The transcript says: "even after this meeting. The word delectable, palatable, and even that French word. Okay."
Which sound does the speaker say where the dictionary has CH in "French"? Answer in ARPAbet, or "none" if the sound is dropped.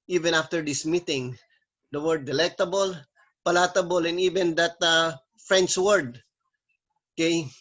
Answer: S